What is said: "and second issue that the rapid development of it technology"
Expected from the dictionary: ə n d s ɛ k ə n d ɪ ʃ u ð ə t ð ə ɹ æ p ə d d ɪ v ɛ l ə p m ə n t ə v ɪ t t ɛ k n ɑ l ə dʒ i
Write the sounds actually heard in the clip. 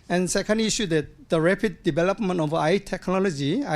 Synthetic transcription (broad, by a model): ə n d s ɛ k ə n d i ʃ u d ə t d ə ɹ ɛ p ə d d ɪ b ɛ l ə p m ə n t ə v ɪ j t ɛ k n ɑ l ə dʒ i